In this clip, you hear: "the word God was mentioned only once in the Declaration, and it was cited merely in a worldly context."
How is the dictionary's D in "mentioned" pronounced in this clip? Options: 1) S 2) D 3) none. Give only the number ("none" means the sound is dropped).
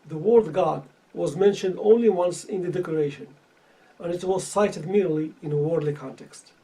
2